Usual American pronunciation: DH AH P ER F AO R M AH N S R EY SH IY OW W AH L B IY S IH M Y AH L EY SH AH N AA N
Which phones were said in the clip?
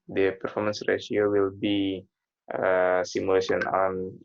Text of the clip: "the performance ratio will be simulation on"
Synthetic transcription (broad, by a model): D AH P ER F AO R M AH N S R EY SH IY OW W AH L B IY S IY M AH L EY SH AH N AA N